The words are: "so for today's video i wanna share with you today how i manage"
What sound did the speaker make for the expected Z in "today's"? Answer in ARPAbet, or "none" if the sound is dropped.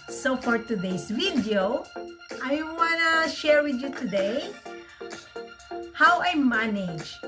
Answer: S